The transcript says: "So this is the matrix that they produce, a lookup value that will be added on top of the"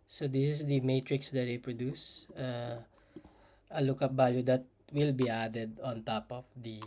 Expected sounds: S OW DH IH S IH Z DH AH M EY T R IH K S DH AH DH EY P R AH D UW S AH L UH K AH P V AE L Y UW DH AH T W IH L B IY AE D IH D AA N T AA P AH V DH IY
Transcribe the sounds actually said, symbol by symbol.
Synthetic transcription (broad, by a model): S OW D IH S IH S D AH M EY T R IH K S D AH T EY P R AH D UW S AH L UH K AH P B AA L Y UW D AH T W IH L B IY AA D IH D AA N T AA P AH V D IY